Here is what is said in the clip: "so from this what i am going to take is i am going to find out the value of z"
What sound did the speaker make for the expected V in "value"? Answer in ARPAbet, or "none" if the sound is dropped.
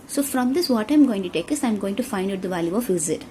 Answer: V